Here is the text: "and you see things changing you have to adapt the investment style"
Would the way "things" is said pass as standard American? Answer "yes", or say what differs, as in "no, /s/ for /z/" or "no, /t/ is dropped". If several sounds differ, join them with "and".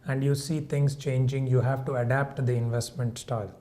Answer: no, /t/ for /θ/